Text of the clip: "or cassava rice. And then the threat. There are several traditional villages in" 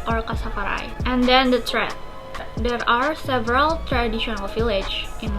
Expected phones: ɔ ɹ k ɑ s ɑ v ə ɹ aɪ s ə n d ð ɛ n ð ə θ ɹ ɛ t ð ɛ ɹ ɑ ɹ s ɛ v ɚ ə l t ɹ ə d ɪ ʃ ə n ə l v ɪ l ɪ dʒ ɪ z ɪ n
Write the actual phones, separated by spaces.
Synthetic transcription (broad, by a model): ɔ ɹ k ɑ s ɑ p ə ɹ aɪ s ə n d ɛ n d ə t ɹ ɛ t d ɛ ɹ ɑ ɹ s ɛ v ɚ ə l t ɹ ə d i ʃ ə n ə l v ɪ l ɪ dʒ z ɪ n